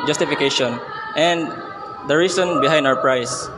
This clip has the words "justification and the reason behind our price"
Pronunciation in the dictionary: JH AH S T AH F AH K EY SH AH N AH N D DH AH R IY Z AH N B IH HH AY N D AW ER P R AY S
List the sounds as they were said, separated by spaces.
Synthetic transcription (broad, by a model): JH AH S T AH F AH K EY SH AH N AH N D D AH R IY S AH N B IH HH AY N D AW ER P R AY S